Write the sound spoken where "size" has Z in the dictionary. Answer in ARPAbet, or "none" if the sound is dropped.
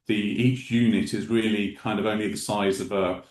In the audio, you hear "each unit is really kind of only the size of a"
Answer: Z